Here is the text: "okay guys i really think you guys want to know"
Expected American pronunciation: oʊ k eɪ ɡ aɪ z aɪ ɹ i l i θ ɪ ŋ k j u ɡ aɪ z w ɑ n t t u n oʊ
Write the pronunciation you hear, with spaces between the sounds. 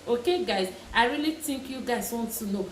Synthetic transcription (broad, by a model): oʊ k eɪ ɡ aɪ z aɪ ɹ i l i t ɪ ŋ k j u ɡ aɪ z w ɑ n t t u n oʊ